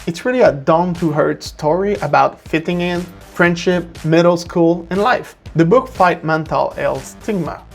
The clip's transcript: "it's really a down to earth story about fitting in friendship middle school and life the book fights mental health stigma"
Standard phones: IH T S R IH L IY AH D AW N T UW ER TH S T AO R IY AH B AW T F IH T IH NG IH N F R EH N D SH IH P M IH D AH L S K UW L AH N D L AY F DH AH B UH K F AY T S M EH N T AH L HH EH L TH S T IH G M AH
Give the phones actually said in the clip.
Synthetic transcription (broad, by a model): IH T S R IH L IY AH D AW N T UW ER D S T AO R IY AH B AW T F IH T IH NG IH N F R EH N D SH IH P M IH D L S K UW L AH N L AY F DH AH B UH K F AY T M EH N T AH L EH L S T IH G M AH